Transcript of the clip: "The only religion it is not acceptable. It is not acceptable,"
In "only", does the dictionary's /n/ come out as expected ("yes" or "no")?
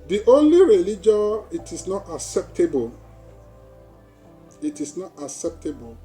yes